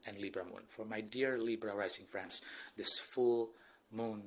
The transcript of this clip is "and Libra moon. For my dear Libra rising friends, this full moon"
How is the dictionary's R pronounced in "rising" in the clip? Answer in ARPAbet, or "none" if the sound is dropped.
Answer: L